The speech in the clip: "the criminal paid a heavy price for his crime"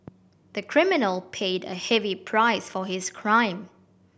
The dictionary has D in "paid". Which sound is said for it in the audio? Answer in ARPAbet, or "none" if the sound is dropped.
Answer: D